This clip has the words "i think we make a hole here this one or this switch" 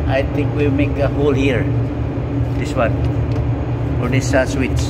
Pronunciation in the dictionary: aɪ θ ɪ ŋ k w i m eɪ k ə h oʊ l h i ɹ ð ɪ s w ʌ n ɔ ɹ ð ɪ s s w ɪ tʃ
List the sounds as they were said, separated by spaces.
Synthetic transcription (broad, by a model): aɪ t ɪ ŋ k w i m eɪ k ə h oʊ l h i ɹ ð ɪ s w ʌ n ɔ ɹ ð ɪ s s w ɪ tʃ